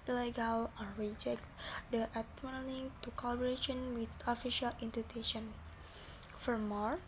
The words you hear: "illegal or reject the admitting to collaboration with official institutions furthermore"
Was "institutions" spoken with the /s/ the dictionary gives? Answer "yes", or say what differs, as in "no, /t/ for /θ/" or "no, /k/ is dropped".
no, /s/ is dropped